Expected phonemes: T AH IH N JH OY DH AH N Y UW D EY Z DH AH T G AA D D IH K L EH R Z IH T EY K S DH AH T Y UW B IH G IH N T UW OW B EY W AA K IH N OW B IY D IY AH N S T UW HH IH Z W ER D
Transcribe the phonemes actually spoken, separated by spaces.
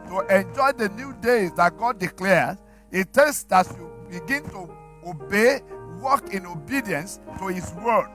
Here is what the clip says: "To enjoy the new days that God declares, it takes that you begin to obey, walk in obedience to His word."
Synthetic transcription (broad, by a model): T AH IH N JH OY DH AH N Y UW D EY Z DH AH T G AA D D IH K L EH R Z IH T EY S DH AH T Y UW B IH G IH N T UW OW B EY W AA K IH N OW B IY D IY AH N S T UW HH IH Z W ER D